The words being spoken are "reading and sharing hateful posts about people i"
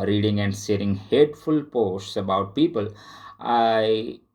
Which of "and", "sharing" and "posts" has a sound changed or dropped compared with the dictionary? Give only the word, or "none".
sharing